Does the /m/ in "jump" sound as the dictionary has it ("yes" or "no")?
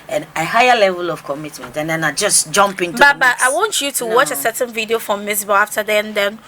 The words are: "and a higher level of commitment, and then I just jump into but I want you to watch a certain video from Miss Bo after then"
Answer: yes